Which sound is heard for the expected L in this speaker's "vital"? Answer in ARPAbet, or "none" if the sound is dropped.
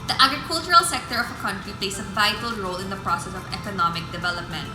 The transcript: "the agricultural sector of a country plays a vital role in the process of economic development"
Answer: L